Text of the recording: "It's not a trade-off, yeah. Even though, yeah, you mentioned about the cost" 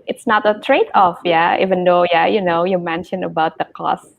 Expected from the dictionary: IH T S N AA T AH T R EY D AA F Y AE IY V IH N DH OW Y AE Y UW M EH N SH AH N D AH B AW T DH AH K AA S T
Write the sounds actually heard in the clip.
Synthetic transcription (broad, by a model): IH T S N AA T AH T R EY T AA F Y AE IY V IH N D OW Y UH Y UW M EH N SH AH N AH B AW T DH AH K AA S